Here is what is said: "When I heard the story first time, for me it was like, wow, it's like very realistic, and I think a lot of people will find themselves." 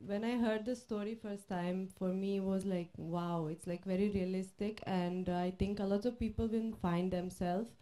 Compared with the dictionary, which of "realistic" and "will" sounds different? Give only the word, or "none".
will